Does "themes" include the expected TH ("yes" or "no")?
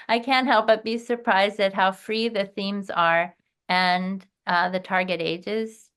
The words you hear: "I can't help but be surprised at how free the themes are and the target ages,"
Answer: yes